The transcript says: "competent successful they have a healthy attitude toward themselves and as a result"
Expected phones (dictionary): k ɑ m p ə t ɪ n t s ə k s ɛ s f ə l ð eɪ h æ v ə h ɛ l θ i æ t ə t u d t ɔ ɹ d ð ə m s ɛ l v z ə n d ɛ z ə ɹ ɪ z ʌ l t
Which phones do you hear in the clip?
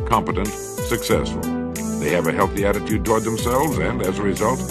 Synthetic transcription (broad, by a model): k ɑ m p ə t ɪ n t s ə k s ɛ s f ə l ð eɪ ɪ v ə h ɛ l θ i æ t ə t u d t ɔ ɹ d ð ə m s ɛ l v z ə n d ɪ z ə ɹ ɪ z ʌ l t